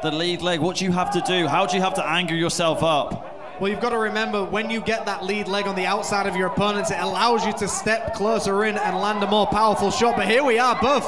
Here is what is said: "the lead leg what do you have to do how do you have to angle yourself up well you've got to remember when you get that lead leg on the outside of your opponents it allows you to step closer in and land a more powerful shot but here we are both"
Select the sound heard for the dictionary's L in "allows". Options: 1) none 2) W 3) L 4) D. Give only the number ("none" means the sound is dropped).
3